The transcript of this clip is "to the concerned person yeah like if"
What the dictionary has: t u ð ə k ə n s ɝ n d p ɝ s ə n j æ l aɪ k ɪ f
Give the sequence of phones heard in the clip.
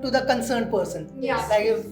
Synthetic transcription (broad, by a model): t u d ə k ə n s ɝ n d p ɝ s ə n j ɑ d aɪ ɪ